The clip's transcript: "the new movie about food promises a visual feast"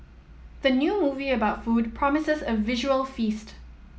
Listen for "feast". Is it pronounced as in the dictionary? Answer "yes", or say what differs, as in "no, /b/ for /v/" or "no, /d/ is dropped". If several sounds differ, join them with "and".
yes